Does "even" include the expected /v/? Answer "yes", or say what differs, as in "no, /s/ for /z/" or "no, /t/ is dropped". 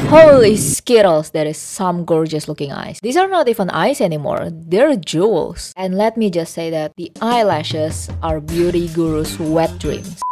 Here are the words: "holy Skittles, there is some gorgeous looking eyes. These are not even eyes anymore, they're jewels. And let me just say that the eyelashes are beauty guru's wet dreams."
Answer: no, /f/ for /v/